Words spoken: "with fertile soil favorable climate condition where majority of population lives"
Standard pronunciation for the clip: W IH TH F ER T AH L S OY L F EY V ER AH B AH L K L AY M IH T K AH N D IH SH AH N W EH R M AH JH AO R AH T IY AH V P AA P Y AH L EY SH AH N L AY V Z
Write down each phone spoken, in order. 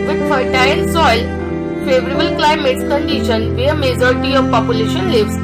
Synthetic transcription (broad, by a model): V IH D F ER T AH N S OY L F EY V ER AH B AH L K L AY M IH T K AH N D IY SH AH N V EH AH M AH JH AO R T IY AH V P AA P Y AH L EY SH AH N L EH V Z